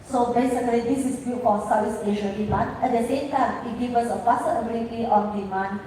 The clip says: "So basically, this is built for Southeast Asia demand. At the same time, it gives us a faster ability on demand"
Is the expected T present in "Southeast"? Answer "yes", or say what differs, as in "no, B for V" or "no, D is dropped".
no, T is dropped